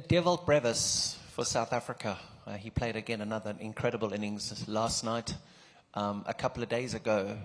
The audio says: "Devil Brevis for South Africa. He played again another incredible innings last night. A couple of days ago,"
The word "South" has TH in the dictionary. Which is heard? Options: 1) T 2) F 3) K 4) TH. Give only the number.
4